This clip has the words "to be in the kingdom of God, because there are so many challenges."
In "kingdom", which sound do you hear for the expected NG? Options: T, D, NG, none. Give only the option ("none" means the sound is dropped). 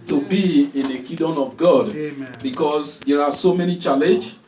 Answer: none